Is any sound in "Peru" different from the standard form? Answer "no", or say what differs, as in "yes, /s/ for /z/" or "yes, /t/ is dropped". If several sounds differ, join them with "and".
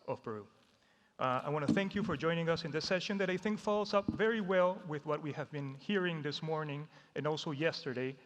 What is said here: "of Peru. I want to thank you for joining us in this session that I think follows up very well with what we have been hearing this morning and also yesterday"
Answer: yes, /b/ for /p/